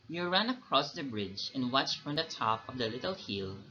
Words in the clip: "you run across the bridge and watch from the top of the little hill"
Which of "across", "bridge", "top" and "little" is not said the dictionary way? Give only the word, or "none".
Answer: none